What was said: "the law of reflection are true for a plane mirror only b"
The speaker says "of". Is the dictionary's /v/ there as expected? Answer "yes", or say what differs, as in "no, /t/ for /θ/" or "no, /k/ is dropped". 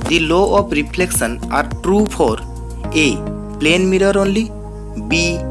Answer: no, /p/ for /v/